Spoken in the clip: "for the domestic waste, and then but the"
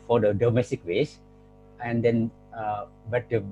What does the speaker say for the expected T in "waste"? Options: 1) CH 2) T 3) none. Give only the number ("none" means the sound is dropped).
3